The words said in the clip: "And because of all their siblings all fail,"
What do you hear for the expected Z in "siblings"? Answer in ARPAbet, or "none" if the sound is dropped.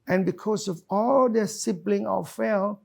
none